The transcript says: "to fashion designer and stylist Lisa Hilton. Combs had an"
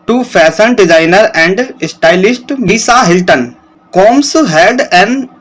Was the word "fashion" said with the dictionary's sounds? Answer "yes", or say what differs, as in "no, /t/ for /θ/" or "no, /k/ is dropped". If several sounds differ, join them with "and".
no, /s/ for /ʃ/